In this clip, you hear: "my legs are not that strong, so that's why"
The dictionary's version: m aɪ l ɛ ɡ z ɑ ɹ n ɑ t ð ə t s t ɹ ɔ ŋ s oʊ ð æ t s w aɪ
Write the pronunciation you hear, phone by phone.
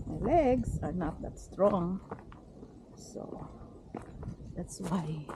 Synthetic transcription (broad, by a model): m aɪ l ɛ ɡ s ɑ ɹ n ɑ t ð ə t s t ɹ ɔ ŋ s oʊ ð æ t s w aɪ